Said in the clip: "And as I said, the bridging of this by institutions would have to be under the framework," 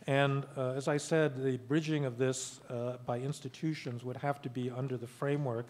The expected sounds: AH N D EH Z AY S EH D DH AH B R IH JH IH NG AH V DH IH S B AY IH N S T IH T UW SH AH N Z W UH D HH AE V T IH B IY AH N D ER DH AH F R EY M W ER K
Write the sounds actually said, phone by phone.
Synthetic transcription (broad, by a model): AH N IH Z AY S EH D DH AH B R IH JH IH NG AH V DH IH S B AY IH N S T IH T UW SH AH N Z W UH D HH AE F T IH B IY AH N D ER DH AH F R EY M W ER K